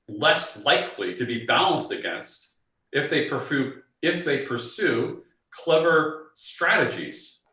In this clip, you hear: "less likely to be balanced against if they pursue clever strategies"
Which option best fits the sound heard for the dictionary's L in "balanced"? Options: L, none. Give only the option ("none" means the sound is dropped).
L